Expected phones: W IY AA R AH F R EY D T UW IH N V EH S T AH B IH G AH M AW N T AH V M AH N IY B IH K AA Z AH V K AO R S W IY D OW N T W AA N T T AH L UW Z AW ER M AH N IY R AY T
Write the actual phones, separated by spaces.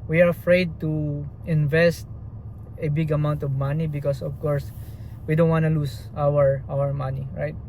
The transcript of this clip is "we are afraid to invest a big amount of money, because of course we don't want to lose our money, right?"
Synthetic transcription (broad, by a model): W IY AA R AH F R EY D T UW IH N V EH S T AH B IH G AH M AW N T AH V M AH N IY B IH K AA S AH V K AO R S W IY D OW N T W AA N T T AH W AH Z AW ER M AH N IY R AY T